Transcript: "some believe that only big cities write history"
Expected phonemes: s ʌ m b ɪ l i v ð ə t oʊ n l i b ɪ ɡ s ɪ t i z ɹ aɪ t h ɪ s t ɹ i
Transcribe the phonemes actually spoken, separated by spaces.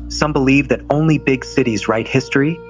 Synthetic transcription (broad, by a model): s ʌ m b ɪ l i v ð ə t oʊ n l i b ɪ ɡ s ɪ t i z ɹ aɪ t h ɪ s t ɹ i